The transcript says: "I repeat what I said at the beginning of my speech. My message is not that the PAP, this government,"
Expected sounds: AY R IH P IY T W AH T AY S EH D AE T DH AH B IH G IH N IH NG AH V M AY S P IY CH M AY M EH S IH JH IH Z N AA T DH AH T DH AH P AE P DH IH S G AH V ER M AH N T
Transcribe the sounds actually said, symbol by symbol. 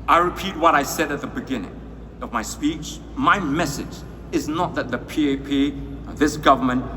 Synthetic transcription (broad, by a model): AY R IH P IY T W AH T AY S EH D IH T DH AH B IH G IH N IH NG AH V M AY S P IY CH M AY M EH S IH JH IH Z N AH T DH AH T DH AH P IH P DH IH S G AH V ER M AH N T